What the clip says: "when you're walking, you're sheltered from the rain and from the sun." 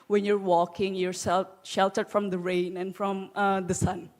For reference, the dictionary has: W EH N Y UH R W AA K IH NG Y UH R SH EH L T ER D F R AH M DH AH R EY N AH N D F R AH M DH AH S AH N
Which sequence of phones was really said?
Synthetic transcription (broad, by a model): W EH N Y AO R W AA K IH NG Y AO R SH EH L T ER D F R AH M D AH R EY N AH N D F R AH M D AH S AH N